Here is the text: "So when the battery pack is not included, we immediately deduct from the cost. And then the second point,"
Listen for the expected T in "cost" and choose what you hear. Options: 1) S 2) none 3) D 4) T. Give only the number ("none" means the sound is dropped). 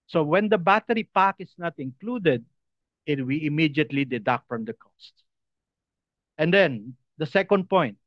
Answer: 4